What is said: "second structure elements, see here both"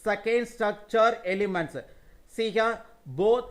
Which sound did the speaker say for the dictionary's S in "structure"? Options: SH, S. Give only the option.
S